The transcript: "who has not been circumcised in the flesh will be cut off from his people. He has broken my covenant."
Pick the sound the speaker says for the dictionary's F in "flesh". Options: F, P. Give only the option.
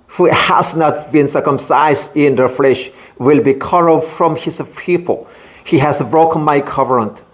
F